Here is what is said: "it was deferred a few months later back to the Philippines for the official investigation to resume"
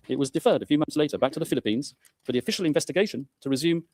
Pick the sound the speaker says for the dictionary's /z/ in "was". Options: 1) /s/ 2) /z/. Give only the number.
2